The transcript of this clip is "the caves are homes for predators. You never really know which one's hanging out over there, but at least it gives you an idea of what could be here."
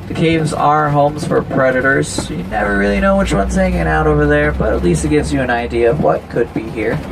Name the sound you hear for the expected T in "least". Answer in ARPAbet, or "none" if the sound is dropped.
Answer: T